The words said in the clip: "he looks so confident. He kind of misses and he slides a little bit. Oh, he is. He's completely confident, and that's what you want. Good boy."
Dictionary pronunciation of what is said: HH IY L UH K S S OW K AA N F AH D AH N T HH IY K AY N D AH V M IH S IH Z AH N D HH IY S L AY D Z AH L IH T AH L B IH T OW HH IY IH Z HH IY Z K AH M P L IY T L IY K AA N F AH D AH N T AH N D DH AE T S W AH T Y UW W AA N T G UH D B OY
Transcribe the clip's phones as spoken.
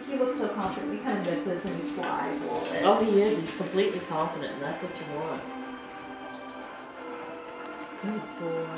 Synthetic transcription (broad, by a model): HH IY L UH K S S OW K AA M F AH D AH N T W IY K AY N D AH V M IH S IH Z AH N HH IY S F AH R AH IH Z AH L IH OW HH IY IH Z HH IY Z K AH M P L IY T L IY K AA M F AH D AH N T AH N DH AE T S AH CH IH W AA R G UH D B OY